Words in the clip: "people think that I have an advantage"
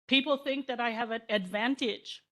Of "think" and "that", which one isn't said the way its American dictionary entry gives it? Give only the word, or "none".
none